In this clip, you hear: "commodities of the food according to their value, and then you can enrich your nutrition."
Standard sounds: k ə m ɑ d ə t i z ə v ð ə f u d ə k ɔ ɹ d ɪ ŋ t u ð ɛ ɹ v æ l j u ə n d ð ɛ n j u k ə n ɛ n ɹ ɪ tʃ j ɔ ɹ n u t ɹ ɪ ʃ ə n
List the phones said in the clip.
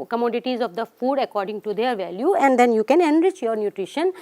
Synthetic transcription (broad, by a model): k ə m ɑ d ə t i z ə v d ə f u d ə k ɔ ɹ d ɪ ŋ t u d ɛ ɹ v æ l j u ə n d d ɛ n j u k ə n ɛ n ɹ ɪ tʃ j ɔ ɹ n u t ɹ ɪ ʃ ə n